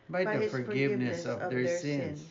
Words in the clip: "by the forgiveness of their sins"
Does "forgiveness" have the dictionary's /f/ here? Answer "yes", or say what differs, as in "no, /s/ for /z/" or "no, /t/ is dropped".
yes